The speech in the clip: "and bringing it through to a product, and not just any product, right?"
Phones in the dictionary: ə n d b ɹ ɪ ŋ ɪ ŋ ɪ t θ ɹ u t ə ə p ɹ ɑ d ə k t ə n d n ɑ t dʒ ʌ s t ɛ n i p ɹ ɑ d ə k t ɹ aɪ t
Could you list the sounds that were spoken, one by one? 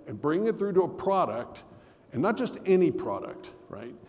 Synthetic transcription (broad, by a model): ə n b ɹ ɪ ŋ ɪ ŋ ɪ t θ ɹ u t ə ə p ɹ ɑ d ə k t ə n n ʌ t dʒ ʌ s t ɛ n i p ɹ ɑ d ə k t ɹ aɪ t